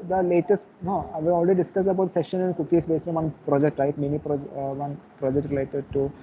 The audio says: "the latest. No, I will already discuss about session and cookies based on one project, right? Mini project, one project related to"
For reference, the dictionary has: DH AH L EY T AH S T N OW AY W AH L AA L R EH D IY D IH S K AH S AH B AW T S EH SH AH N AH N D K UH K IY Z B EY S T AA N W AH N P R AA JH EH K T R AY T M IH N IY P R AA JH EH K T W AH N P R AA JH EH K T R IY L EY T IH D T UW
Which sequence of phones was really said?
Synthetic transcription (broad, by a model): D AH L EY T AH S T N OW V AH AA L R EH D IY D IH S K AH S AH B AW T S EH SH AH N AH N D K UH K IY S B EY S AA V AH N P R AA JH EH K T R AY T M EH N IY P R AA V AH N P R AA JH EH K T R IY L EY T IH D T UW